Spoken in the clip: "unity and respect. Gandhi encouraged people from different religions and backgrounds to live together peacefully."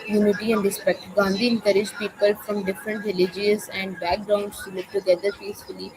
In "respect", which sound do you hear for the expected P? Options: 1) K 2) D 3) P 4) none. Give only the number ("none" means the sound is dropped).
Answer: 3